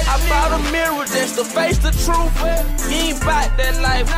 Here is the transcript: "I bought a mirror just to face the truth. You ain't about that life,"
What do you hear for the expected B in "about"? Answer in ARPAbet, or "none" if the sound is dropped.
none